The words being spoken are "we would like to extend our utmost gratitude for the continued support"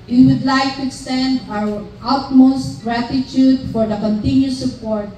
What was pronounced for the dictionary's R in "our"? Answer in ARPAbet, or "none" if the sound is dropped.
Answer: W